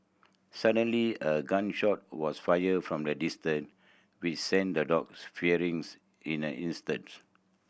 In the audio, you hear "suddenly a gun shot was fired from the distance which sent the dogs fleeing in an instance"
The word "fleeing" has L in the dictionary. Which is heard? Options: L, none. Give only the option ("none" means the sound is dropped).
none